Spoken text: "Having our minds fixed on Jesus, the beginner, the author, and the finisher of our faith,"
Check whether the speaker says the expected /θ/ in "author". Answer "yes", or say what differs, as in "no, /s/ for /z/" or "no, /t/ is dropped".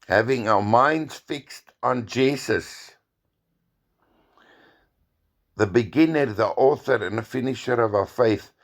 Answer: yes